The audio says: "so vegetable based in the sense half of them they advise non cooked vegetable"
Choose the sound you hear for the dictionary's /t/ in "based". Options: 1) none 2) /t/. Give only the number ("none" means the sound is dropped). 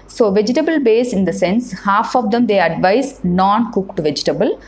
1